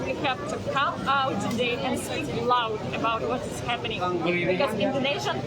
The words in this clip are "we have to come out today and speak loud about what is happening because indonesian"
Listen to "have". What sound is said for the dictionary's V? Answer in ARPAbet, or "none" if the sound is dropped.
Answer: P